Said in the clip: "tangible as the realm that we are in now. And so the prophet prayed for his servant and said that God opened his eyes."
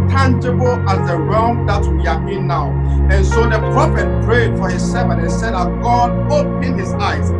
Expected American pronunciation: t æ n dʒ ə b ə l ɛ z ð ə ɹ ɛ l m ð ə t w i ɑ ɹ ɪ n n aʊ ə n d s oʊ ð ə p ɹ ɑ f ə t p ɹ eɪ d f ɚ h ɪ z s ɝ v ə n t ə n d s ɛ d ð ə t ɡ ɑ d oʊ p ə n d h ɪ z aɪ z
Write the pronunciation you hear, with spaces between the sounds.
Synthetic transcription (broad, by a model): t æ n dʒ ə b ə l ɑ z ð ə ɹ ɛ l m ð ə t w i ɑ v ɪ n n aʊ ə n s oʊ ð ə p ɹ ɑ f ə t p ɹ eɪ d f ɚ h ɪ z s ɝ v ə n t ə n s ɛ d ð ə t ɡ ɑ d oʊ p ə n h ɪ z aɪ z